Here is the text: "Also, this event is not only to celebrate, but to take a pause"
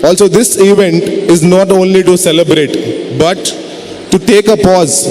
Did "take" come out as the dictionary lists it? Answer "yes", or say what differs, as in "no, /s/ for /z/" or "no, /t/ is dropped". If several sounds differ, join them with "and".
yes